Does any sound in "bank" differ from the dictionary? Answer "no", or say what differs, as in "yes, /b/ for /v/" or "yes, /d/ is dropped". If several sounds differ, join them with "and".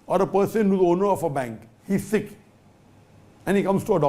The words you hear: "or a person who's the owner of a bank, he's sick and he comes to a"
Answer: no